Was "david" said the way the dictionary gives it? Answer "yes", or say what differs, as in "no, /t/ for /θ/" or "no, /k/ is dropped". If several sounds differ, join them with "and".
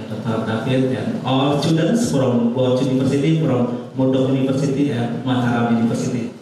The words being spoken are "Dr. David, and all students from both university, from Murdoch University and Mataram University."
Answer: no, /f/ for /v/